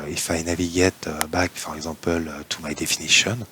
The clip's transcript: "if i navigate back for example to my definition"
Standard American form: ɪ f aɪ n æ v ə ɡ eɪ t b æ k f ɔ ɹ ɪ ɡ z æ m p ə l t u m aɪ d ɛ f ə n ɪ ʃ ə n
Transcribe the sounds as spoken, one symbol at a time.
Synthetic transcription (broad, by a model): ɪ f aɪ n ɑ v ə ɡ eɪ t b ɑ k f ɔ ɹ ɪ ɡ z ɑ p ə l t u m aɪ d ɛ f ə n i ʃ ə n